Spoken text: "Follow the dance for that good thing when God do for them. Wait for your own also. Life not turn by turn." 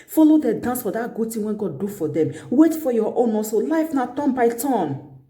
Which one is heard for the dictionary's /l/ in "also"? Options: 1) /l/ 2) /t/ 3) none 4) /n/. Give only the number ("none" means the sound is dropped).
3